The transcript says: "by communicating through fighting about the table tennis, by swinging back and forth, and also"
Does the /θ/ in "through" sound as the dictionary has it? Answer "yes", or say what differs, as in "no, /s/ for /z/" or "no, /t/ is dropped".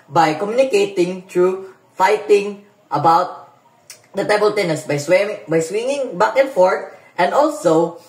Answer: no, /t/ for /θ/